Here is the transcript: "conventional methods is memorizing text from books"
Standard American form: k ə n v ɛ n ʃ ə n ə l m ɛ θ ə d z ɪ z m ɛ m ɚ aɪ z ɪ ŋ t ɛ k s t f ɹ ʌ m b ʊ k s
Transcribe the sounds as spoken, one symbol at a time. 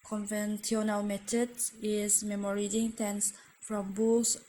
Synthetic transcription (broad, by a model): k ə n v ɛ n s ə n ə l m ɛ t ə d ɪ z m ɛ m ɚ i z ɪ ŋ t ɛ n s f ɹ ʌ m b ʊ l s